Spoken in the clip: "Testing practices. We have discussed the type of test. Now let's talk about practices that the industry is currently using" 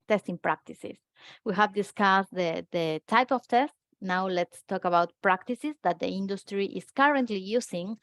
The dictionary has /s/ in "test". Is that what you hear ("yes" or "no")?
yes